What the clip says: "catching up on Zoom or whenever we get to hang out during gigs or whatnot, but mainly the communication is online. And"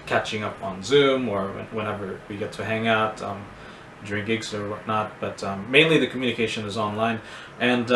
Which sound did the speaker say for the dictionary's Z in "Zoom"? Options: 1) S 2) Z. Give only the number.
2